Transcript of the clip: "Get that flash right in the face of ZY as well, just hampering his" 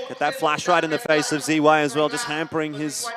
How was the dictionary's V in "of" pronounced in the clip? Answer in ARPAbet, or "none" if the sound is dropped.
V